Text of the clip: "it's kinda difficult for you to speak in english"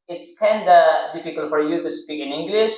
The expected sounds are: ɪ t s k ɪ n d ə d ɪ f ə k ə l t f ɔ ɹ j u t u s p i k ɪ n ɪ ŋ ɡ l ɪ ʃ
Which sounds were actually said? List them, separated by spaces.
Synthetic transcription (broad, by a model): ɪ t s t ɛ n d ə d ɪ f ə k ə l t f ɔ ɹ j u t u s p i k ɪ n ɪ ŋ ɡ l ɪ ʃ